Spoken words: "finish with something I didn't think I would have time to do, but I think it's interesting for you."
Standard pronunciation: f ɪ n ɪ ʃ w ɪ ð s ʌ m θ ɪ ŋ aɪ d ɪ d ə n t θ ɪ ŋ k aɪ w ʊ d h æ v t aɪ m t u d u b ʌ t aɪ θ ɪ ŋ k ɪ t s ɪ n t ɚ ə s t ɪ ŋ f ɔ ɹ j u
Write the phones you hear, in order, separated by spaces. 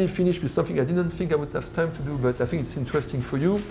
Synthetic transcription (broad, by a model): f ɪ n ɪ ʃ w ɪ ð s ʌ m θ ɪ ŋ aɪ d ɪ d ə n t θ ɪ ŋ k aɪ w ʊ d h æ v t aɪ m t u d u b ʌ t aɪ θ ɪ ŋ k ɪ t s ɪ n t ɚ ə s t ɪ ŋ f ɔ ɹ j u